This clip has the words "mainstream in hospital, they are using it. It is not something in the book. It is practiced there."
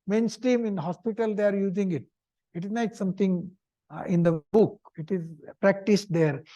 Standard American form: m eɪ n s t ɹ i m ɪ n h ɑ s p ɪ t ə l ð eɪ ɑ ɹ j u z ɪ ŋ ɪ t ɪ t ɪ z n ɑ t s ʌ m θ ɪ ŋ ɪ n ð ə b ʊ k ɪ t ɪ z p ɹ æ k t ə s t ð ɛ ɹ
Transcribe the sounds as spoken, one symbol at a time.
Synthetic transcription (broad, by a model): m eɪ n s t ɹ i m ɪ n h ɑ s p ɪ t ə l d eɪ ɑ ɹ j u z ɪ ŋ ɪ t ɪ t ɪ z n ɑ t s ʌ m t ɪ ŋ ɪ n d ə b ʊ k ɪ t ɪ z p ɹ æ k t ə s t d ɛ ɹ